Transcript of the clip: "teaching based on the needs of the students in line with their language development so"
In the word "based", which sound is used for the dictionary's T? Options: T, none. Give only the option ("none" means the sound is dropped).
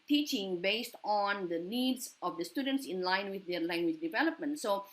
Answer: T